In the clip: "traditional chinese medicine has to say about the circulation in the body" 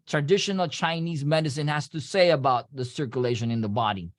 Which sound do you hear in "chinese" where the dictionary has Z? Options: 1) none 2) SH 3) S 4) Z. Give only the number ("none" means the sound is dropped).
4